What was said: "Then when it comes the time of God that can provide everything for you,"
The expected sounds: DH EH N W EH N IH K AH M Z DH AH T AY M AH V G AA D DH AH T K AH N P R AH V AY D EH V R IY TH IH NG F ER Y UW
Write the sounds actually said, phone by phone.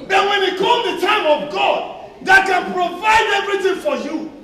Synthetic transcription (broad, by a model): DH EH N W EH N IH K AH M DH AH T AY M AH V G AA D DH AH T K AH N P R AH V AY D EH V R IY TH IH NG F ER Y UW